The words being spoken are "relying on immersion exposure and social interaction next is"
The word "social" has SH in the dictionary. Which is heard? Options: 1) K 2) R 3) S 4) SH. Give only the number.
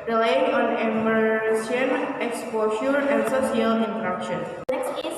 3